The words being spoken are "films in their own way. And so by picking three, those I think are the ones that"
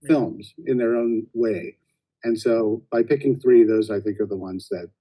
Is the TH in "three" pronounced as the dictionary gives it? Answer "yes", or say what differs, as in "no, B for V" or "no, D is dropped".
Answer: yes